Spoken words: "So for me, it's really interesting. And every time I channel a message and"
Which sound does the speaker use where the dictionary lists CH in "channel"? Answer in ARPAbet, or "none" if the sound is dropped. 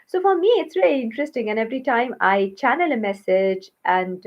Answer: CH